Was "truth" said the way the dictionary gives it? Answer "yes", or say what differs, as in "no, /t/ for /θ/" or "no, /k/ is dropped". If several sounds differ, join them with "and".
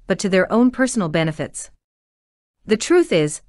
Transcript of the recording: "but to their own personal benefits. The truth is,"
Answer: yes